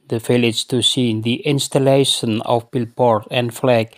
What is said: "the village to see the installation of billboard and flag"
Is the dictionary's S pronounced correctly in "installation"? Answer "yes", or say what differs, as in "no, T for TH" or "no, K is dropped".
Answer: yes